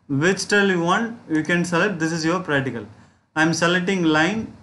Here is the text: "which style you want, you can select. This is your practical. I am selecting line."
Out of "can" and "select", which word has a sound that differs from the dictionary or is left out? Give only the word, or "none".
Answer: select